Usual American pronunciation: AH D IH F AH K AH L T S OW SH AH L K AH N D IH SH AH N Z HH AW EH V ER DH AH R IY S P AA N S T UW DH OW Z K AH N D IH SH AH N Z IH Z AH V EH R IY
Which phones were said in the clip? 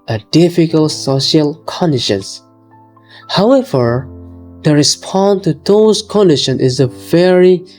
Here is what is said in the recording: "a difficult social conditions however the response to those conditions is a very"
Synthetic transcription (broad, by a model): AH D IH F AH K AH L T S OW SH AH L K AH N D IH SH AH N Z HH AW EH V ER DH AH R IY S P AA N T UW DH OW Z K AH N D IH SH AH N IH Z AH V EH R IY